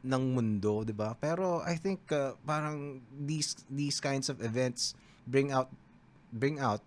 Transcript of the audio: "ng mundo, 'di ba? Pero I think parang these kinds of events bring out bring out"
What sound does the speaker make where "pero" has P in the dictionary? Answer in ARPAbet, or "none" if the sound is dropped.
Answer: P